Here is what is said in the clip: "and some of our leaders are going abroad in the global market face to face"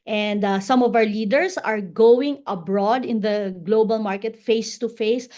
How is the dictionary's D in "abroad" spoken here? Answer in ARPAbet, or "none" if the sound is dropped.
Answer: D